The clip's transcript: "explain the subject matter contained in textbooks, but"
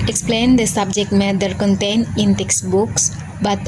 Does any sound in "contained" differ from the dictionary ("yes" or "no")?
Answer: yes